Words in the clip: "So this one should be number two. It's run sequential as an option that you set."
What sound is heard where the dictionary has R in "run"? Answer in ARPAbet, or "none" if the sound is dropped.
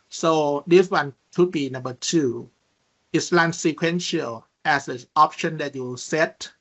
L